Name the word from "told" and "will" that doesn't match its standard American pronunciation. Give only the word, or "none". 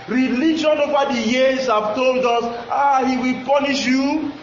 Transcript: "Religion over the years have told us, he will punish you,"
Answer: none